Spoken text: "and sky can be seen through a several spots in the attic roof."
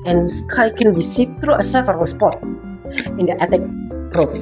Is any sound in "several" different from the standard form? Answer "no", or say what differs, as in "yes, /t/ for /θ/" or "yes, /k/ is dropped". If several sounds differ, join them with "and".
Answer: yes, /f/ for /v/